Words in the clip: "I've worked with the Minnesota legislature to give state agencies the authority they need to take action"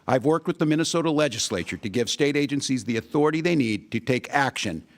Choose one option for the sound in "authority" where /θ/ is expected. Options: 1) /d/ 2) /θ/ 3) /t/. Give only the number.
2